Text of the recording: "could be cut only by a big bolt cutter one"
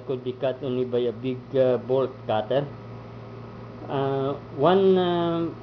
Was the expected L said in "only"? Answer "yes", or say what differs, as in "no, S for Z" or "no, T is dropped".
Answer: no, L is dropped